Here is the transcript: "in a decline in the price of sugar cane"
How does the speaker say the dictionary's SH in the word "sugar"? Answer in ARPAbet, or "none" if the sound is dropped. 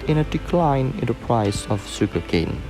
S